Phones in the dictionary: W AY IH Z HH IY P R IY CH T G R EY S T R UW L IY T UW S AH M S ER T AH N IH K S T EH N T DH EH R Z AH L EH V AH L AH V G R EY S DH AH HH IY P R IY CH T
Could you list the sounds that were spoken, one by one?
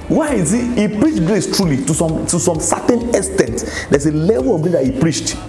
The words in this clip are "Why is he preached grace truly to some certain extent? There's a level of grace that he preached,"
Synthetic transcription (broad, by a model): W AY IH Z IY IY P R IY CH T G R EY S T R UW L IY T UW S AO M S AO T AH N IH S T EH N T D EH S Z AH L EH V AH L AH V G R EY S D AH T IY P R IY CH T